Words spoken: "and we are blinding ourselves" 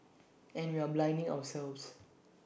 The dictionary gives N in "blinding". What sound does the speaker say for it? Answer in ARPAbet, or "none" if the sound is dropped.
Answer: N